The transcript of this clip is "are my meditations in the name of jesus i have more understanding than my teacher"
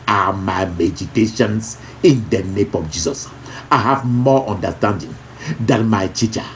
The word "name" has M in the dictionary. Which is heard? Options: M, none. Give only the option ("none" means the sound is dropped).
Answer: M